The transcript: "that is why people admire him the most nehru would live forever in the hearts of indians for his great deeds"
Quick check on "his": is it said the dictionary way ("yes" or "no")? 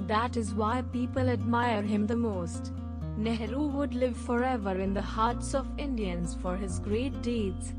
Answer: yes